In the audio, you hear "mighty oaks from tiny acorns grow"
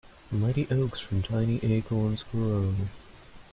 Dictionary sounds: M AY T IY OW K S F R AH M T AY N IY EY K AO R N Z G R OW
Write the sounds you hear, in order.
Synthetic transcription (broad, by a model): M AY T IY OW K S F R AH M T AY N IY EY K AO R N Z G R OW